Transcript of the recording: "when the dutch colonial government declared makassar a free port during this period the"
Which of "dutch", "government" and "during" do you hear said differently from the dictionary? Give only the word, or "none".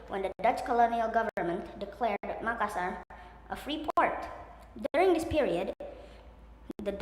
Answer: none